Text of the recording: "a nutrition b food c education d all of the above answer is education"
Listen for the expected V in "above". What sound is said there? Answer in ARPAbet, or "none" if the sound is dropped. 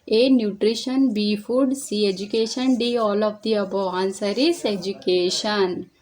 none